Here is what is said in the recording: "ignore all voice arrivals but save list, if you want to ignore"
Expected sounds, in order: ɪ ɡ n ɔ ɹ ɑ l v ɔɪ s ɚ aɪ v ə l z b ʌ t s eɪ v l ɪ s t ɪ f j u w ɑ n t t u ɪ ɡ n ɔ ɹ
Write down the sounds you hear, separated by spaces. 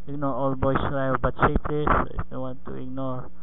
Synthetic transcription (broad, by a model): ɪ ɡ n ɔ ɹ ɑ l b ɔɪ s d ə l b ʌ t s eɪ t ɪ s ɪ f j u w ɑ n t t u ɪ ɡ n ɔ ɹ